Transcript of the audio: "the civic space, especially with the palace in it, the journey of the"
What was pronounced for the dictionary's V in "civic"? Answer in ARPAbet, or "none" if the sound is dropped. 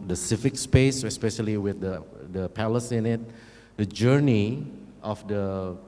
F